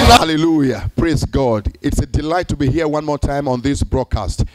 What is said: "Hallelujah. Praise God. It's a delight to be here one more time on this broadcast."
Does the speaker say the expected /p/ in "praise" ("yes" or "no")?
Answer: yes